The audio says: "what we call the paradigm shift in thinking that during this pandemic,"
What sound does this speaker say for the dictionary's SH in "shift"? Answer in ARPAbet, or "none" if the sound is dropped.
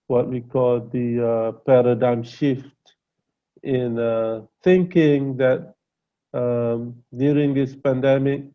SH